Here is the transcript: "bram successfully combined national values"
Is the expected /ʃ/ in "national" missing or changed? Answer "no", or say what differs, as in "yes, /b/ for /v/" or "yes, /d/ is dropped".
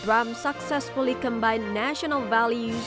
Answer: no